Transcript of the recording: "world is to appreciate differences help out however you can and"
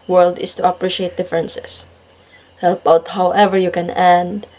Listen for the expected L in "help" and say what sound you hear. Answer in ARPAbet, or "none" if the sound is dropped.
L